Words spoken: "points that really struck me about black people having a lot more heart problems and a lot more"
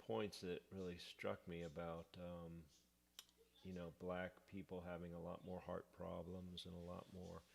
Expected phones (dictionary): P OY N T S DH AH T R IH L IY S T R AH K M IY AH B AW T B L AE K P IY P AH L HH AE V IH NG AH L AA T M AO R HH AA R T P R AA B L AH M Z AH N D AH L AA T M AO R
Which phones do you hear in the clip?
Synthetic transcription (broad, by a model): OY N T S DH AH T R IH L IY S T R AH K M IY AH B AW T B L AE K P IY P L HH AE V IH NG AH L AA T M AO R HH AA R T P R AA B L AH M Z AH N AH L AA T M AO R